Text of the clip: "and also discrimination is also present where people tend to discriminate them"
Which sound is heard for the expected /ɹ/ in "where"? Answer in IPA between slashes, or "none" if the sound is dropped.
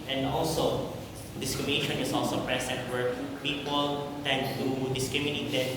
/ɹ/